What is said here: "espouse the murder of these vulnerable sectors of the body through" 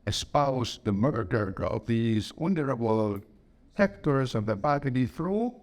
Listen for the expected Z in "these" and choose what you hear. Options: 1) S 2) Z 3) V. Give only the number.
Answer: 2